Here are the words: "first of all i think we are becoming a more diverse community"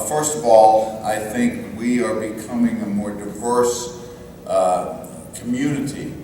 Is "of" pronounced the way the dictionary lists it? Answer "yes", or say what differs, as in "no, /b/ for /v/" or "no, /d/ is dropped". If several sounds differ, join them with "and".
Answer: yes